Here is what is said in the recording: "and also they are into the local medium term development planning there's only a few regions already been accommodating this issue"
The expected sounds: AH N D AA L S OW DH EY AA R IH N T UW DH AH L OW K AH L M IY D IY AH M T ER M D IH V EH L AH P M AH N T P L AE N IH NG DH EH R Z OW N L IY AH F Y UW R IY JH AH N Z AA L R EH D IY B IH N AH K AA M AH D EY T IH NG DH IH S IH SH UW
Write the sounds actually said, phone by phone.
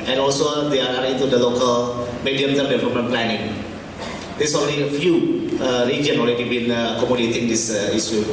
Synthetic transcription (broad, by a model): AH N AA L S OW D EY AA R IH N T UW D AH L OW K AH L M IY D IY AH M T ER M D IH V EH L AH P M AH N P L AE N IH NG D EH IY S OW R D IY AH F Y UW R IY JH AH N AA L R EH D IY B IH N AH K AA M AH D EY T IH NG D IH S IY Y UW